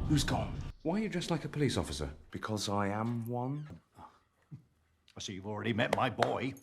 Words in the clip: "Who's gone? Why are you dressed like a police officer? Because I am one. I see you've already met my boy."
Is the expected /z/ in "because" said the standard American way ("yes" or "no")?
yes